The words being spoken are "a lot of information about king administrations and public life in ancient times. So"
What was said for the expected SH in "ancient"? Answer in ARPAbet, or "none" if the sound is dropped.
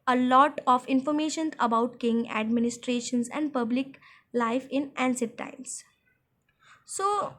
S